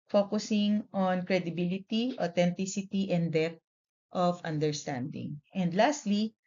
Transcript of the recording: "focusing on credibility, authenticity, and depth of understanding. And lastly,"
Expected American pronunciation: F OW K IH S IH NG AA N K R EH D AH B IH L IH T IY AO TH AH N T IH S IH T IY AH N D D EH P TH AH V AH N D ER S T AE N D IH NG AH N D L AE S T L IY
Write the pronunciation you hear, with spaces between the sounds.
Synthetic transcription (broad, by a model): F OW K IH S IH NG AA N K R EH D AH B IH L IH T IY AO T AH N T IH S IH T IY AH N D D EH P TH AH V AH N D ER S T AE N D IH NG AH N D L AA S T L IY